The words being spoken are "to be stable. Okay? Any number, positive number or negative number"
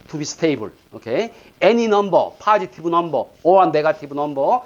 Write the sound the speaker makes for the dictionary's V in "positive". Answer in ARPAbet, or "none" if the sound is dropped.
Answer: B